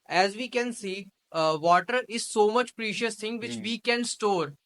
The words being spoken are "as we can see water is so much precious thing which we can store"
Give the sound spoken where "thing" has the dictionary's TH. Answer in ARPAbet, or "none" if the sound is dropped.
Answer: T